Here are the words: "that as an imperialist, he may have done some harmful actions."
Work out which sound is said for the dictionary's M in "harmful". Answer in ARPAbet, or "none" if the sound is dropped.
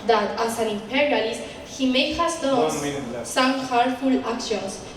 none